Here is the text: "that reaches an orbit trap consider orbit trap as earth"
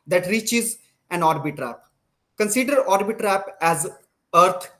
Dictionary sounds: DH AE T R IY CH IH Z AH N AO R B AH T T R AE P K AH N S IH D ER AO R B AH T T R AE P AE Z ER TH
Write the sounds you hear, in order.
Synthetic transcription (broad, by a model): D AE T R IY CH IH Z AH N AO R B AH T T R AE P K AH N S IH D ER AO R B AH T T R AE P AE Z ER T